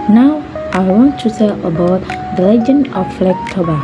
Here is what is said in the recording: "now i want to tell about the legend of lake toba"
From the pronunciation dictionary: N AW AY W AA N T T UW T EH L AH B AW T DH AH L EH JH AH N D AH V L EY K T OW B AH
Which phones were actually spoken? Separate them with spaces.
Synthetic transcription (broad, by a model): N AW AY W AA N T T UW S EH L AH B AW T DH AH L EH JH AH N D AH F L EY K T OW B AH